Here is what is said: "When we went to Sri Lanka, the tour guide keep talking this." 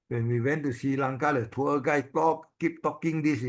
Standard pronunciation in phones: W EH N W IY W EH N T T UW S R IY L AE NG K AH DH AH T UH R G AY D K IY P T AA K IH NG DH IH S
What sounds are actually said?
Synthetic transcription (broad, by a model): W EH N W IY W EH N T T UW S IY L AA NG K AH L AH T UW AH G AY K K IY P T AA K IH NG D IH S